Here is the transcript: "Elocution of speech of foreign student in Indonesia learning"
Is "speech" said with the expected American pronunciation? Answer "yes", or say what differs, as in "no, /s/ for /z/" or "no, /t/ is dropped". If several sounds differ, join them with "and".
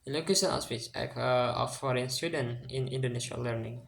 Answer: no, /s/ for /tʃ/